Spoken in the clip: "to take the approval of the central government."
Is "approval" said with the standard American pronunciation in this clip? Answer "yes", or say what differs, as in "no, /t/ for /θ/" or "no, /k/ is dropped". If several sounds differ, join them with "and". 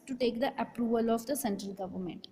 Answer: yes